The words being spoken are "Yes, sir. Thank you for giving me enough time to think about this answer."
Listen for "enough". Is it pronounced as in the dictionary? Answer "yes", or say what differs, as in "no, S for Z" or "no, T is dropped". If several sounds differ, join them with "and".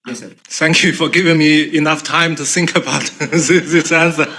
yes